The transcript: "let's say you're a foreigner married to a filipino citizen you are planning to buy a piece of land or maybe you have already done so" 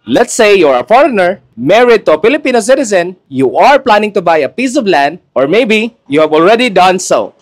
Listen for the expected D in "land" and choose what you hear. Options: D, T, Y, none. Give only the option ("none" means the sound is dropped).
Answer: D